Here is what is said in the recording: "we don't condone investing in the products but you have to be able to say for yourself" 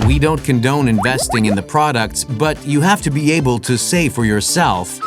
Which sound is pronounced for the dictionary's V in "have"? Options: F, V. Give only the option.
F